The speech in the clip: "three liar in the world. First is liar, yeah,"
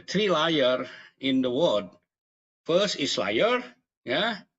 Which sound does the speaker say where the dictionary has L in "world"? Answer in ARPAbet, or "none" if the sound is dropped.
none